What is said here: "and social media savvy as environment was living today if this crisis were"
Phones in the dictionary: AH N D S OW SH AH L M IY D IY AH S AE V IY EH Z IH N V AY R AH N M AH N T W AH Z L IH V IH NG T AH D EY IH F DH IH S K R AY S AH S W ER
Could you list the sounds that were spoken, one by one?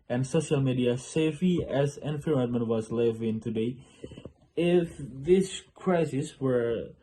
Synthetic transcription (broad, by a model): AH N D S OW SH AH L M IY D IY AH S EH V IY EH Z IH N F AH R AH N M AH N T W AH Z L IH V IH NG T AH D EY IH F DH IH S K R AY S AH S W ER